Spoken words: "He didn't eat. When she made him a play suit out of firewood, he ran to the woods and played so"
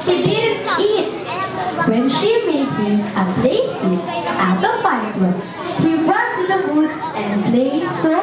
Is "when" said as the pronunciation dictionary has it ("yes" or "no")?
yes